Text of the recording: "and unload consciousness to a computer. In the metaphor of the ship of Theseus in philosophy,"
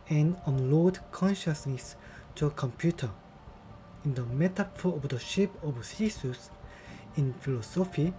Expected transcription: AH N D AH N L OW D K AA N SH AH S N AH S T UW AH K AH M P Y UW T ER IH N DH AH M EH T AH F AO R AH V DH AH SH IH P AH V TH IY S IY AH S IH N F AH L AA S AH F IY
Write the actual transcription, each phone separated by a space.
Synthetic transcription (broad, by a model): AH N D AH N L OW D K AA N SH AH S N AH S T UW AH K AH M P Y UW T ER IH N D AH M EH T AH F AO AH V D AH SH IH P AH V S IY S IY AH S IH N F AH L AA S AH F IY